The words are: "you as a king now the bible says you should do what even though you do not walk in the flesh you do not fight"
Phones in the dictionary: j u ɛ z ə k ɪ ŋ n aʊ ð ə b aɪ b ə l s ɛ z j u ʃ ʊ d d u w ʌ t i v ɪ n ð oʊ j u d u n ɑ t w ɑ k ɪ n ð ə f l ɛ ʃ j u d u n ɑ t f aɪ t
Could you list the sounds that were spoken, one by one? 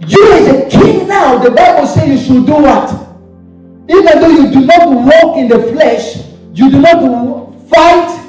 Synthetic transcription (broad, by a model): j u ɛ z ə k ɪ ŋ n aʊ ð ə b aɪ b ə l s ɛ j u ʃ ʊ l d u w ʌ t i v ɪ n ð oʊ j u d u n ɑ t w ɑ k ɪ n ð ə f l ɛ ʃ j u d u n ɑ t f aɪ t